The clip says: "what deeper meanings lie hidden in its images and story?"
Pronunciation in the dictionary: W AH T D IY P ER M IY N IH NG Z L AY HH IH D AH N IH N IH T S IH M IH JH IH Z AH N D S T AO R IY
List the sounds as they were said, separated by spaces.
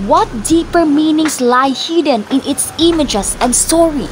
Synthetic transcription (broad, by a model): W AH T D IY P ER M IY N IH NG S L AY HH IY D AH N IH N IH T S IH M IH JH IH S AH N D S T AO R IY